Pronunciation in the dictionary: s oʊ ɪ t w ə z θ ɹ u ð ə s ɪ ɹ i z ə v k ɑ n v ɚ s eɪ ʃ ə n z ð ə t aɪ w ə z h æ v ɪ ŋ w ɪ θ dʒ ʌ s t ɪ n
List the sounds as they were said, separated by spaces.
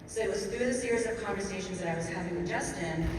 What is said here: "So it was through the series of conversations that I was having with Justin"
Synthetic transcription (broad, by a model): s oʊ ɪ t w ə z θ ɹ u ð ə s ɪ ɹ i z ə v k ɑ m v ɚ s eɪ ʃ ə n z ð ə t aɪ w ə z h æ v ɪ ŋ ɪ dʒ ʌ s t ɪ n